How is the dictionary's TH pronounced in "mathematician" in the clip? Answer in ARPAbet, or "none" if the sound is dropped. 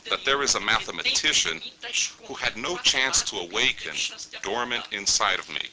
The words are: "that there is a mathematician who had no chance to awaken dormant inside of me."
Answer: TH